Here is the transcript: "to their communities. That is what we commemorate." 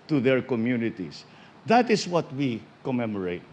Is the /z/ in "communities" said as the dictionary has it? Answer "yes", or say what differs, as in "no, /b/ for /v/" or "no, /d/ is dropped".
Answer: no, /s/ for /z/